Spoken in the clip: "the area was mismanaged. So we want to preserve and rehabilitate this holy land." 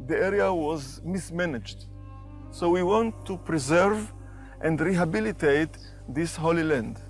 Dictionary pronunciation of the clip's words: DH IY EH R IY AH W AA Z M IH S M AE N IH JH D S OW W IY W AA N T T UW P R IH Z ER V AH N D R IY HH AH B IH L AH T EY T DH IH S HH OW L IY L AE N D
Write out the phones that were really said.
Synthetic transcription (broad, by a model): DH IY EH R IY AH W AA Z M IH S M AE N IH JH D S OW W IY W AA N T T UW P R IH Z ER V AH N D R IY HH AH B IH L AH T EY T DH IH S HH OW L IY L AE N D